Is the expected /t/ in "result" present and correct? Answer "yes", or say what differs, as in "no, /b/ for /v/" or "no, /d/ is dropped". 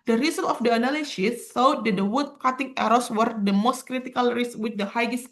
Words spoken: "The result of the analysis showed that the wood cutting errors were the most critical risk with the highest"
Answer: no, /t/ is dropped